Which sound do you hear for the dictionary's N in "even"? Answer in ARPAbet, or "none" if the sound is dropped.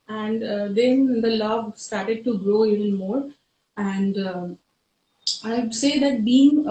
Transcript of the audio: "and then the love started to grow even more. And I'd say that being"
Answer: L